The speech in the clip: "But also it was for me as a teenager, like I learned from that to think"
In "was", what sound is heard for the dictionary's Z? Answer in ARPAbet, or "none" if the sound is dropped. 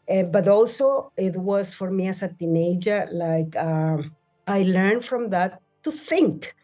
S